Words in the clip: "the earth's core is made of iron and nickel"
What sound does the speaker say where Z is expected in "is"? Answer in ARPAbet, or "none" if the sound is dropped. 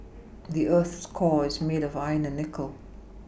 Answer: Z